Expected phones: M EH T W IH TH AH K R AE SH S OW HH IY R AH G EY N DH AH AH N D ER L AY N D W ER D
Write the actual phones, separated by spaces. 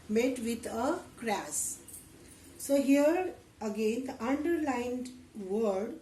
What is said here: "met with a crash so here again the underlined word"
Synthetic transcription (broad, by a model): M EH T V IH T AH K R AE S S OW HH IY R AH G EY N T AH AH N D ER L AY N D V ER D